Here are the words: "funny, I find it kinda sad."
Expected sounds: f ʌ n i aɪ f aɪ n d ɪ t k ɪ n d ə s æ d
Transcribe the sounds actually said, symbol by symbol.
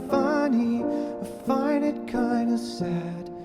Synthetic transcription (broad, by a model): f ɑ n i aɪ f aɪ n ɪ t k ɪ n d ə s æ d